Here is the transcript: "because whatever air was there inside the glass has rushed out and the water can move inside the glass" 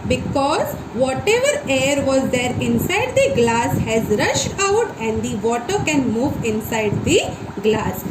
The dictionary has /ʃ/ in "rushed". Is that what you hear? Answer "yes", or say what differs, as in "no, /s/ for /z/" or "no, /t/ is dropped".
yes